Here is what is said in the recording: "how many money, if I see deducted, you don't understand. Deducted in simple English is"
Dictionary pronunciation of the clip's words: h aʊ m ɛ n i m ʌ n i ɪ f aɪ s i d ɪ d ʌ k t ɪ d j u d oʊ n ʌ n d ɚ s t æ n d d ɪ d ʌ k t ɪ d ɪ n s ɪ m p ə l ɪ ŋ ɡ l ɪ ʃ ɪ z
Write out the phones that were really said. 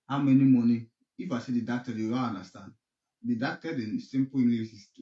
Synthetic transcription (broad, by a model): h aʊ m ɛ n i m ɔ n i ɪ f aɪ s i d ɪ d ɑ k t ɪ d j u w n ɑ n d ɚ s t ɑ n d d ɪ d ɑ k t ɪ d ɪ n s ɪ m p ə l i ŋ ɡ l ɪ s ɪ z